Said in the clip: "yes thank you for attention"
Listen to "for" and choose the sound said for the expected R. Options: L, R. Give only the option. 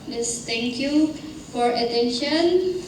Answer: R